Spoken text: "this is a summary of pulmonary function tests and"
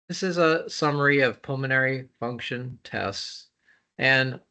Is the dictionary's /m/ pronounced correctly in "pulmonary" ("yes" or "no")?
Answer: yes